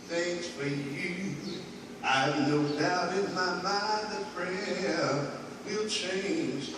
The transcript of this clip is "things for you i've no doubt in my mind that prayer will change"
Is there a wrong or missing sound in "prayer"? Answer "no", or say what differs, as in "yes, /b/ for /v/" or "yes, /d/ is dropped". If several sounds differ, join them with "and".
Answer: yes, /f/ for /p/